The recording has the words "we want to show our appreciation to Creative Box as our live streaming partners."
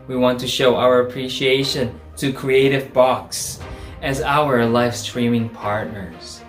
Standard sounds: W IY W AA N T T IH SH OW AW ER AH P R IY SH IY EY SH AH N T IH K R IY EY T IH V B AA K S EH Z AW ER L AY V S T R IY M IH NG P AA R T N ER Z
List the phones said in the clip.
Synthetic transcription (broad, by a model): W IY W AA N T T IH SH OW AW ER AH P R IY SH IY EY SH AH N T IH K R IY EY T IH V B AA K S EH Z AW ER L AY F S T R IY M IH NG P AA R T N ER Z